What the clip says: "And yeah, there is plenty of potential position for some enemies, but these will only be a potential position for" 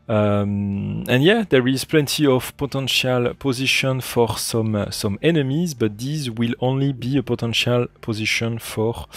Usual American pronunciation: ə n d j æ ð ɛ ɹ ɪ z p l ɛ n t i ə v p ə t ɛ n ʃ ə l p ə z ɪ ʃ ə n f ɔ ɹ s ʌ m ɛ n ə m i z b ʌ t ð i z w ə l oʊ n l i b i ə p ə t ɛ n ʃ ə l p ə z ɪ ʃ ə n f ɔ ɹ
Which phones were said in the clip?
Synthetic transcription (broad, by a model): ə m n j æ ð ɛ ɹ ɪ z p l ɛ n t i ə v p ə t ɛ n ʃ ə l p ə z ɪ ʃ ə n f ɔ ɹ s ʌ m ɛ n ə m i z b ʌ t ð i z w ə l oʊ n l i b i ə p ə t ɛ n ʃ ə l p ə z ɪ ʃ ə n f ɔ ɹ